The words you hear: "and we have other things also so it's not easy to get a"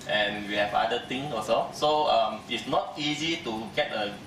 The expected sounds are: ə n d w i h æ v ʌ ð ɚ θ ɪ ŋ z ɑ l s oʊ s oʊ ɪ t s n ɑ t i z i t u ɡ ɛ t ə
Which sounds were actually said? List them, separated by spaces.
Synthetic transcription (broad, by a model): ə n w i h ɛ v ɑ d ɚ t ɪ ŋ ɑ s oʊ s oʊ ɪ t s n ɑ t i z i t u ɡ ɛ t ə